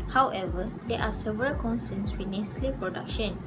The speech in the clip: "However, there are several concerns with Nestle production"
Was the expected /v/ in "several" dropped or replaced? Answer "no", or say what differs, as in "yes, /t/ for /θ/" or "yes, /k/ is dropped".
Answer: no